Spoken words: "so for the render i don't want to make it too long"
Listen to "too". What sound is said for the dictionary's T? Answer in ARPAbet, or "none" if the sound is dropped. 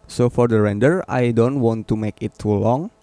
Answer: T